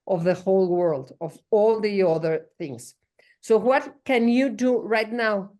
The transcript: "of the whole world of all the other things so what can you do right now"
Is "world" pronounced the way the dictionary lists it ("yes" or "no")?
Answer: yes